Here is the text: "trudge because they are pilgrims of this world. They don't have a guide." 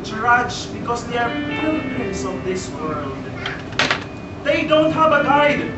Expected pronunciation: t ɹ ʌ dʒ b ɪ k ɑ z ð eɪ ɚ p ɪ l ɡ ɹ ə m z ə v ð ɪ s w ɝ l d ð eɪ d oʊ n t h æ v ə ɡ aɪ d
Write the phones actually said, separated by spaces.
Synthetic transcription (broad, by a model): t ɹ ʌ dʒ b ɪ k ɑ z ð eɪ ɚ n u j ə z ə v ð ɪ s w ɝ l d ð eɪ d oʊ n t h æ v ə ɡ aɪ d